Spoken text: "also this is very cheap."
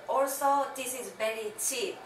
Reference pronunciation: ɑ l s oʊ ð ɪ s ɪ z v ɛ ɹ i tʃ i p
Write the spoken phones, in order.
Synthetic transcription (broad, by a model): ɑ l s oʊ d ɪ s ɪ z b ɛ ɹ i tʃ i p